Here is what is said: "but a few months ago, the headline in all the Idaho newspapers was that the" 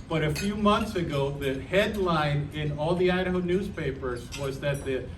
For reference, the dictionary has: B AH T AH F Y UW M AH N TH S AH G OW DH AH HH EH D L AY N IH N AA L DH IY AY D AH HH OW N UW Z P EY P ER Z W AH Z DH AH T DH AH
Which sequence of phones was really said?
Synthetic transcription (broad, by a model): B AH T AH F Y UW M AH N TH S AH G OW DH AH HH EH D L AY N IH N AA L DH IY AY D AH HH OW N UW Z P EY P ER Z W AH Z DH AH T DH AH